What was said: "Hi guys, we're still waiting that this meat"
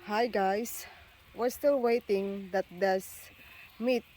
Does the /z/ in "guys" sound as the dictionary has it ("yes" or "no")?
no